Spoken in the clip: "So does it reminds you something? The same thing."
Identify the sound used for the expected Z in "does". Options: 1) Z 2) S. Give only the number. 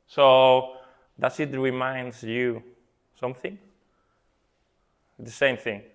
2